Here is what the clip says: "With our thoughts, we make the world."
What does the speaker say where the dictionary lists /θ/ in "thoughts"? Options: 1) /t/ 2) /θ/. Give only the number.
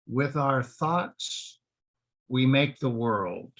2